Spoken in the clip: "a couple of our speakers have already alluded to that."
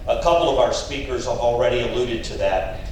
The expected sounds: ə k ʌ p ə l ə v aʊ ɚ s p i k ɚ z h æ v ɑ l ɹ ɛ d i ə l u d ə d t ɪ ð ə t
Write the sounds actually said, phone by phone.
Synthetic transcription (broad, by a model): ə k ʌ p l ə v aʊ ɚ s p i k ɚ z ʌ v l ɹ ɛ d i ə l u d ə d t ɪ ð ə t